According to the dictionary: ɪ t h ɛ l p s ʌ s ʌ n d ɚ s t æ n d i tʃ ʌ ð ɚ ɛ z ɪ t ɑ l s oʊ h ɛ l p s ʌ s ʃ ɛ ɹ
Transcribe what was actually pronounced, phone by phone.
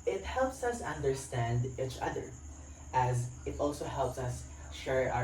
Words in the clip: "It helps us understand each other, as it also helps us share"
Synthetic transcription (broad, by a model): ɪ t h ɛ l p s ʌ s ʌ n d ɚ s t æ n d i tʃ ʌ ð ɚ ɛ z ɪ t ɑ l s oʊ h ɛ l p s ʌ s ʃ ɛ ɹ